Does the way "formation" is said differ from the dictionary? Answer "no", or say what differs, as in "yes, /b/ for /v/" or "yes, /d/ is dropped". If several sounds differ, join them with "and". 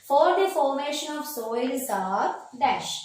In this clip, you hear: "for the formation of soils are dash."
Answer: no